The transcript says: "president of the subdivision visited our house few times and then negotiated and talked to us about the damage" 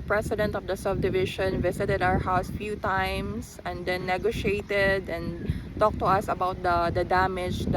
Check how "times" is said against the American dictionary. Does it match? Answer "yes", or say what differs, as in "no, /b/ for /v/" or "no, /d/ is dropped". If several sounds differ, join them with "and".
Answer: no, /s/ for /z/